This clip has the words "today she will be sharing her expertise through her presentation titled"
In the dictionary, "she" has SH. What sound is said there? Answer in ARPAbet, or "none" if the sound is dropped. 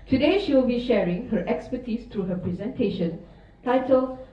SH